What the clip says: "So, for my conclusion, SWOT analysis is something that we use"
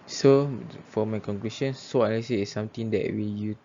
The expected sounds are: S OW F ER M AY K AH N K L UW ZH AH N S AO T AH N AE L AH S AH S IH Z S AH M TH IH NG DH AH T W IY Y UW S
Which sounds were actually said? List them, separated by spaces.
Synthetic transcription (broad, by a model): S OW F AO M AY K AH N K L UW SH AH N S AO AH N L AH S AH IH S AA M T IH NG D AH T W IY Y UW